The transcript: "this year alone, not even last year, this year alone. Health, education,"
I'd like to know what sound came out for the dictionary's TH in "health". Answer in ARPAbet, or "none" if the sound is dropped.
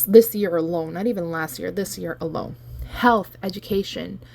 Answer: TH